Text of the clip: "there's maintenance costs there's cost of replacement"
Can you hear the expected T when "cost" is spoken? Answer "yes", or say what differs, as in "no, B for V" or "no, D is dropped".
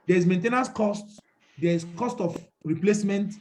yes